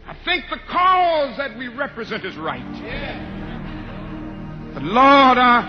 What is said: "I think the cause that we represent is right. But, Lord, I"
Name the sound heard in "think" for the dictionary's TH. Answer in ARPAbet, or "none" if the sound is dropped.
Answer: TH